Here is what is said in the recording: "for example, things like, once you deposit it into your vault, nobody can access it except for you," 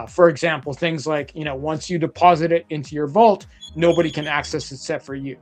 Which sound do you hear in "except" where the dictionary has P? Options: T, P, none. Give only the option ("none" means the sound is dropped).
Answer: none